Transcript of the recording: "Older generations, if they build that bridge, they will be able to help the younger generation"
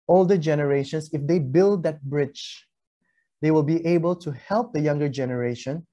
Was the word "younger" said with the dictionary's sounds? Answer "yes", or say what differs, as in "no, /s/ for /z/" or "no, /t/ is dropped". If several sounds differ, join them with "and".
yes